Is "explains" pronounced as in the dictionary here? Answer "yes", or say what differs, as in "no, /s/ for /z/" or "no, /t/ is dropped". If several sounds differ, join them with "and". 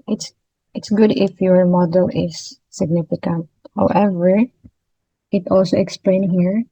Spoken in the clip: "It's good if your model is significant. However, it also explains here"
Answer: no, /z/ is dropped